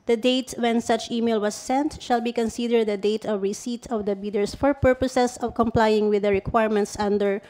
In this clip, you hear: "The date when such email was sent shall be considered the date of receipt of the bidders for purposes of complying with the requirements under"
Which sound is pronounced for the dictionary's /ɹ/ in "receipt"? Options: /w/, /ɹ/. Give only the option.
/ɹ/